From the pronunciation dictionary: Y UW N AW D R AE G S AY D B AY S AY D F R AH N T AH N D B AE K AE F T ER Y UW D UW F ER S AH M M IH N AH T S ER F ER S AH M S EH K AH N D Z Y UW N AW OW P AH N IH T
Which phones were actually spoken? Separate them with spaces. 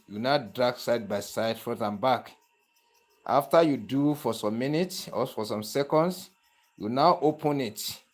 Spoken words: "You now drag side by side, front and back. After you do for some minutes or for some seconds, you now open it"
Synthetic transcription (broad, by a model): Y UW N AW D R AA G S AY D B AY S AY D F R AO T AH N B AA K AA F T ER Y UW D UW F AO S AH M M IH N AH T S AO F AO S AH M S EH K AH N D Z Y UW N AW OW P AH N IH T